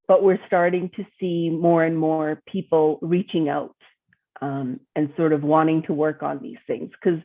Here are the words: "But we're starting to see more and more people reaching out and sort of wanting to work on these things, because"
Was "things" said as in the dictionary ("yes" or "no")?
yes